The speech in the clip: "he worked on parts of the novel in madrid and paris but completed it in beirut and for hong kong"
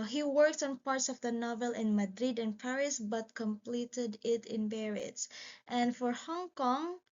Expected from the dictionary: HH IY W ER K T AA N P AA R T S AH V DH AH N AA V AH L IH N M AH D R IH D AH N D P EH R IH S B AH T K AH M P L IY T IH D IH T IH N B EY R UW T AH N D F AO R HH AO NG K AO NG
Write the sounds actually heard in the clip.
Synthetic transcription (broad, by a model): HH IY W ER K T AA N P AA R T S AH V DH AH N AA V AH L IH N M AH D R IH D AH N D P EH R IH S B AH T K AH M P L IY T IH D IH T IH N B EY R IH T AH N D F AO R HH AO NG K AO NG